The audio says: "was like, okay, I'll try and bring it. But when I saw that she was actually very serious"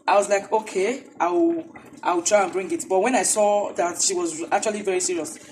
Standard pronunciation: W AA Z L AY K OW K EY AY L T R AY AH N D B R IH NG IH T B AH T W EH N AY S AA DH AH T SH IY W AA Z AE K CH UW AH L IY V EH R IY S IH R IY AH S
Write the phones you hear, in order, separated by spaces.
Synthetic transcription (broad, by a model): W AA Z L AY K OW K EY AY W T R AY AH N B R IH NG IH T B AH T W EH N AY S AA DH AH T SH IY W AA Z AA K CH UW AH L IY V EH R IY S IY R IY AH S